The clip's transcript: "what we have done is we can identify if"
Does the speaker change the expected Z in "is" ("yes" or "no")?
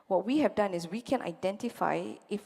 yes